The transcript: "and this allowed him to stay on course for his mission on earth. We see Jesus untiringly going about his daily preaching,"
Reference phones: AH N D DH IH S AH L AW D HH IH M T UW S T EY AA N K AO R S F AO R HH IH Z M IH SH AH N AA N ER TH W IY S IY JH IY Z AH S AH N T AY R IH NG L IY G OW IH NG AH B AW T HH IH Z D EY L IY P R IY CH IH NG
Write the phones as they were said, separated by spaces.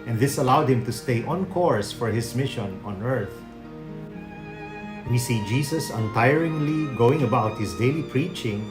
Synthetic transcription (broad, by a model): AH N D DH IH S AH L AW D HH IH M T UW S T EY AA N K AO R S F AO R HH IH S M IH SH AH N AA N ER TH W IY S IY JH IY S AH S AH N T AY R IH NG L IY G OW IH NG AH B AW T HH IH S D EY L IY P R IY CH IH NG